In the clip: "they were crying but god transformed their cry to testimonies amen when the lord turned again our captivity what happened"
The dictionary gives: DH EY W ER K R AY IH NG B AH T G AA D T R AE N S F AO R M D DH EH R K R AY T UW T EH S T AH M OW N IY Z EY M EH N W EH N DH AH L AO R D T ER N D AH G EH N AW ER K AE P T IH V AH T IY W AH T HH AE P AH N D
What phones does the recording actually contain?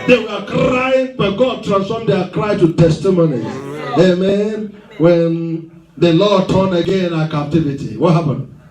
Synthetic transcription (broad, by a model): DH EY W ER K R AY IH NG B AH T G AA D T R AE N S F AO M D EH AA K R AY T UW T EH S T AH M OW N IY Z EY M EH N W EH N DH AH L AO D T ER N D AH G EH N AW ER K AE P T IH V AH T IY W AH T HH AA P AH N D